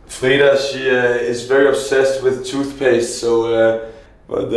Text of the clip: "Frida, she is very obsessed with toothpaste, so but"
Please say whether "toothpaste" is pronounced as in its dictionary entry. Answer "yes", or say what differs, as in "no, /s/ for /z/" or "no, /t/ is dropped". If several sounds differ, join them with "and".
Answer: yes